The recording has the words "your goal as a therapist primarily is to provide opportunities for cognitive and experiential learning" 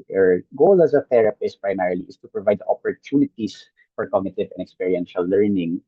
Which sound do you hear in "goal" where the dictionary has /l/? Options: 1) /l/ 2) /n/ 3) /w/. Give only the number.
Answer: 1